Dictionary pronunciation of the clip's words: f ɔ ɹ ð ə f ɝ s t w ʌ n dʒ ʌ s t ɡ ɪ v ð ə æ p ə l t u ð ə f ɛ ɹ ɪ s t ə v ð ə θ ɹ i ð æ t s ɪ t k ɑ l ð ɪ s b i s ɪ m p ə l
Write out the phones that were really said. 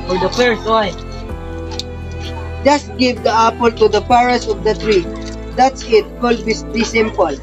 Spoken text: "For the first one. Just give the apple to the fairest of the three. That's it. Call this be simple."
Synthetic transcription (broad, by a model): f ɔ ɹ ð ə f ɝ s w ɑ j dʒ ʌ s t ɡ ɪ v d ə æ p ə l t u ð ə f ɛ ɹ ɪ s ə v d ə t ɹ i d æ t s ɪ t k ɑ l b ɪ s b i s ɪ m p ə l